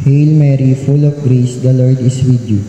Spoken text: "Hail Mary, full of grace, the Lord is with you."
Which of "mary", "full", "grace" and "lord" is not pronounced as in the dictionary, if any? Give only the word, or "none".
none